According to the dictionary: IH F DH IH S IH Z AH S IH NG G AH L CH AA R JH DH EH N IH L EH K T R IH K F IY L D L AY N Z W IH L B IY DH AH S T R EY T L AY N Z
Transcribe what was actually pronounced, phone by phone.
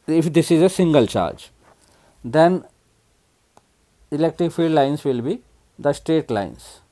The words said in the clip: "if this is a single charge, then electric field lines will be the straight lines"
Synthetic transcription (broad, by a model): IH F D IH S IH Z AH S IH NG G AH L CH AA R JH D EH N IH L EH K T R IH K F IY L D L AY N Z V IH L B IY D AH S T R EY T L AY N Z